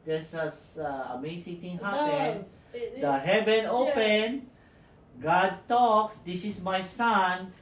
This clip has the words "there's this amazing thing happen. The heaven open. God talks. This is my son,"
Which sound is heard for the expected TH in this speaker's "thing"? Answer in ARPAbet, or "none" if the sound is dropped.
T